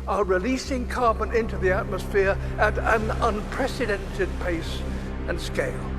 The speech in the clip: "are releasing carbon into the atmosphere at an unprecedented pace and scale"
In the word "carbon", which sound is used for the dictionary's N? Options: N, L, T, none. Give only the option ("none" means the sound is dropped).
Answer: N